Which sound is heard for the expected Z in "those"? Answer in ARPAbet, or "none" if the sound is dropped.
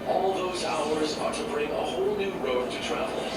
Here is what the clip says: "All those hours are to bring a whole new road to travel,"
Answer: Z